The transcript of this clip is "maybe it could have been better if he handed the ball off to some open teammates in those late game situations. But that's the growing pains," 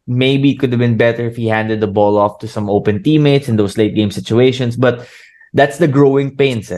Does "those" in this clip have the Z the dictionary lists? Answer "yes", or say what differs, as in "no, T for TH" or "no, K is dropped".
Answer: no, S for Z